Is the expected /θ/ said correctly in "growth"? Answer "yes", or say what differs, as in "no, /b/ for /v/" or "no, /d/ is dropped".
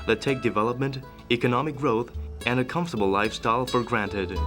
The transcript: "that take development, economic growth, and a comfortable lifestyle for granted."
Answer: yes